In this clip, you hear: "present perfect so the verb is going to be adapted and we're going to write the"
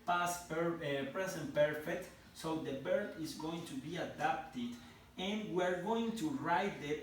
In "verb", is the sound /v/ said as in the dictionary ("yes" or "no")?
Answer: no